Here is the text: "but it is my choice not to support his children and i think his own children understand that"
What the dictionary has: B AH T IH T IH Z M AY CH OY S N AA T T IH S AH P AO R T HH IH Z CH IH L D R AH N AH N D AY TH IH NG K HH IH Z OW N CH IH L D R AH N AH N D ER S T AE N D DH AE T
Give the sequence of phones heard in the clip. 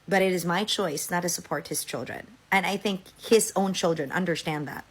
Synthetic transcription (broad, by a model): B AH T IH T IH Z M AY CH OY S N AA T T IH S AH P AO R T HH IH Z CH IH L D R AH N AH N AY TH IH NG K HH IH Z OW N CH IH L D R AH N AH N D ER S T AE N DH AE T